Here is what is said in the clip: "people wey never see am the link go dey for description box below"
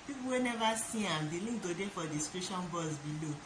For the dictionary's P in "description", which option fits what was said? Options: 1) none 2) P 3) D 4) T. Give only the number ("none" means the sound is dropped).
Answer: 1